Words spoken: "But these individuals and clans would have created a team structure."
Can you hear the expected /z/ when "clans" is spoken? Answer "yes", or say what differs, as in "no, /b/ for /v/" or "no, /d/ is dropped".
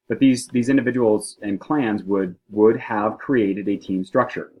yes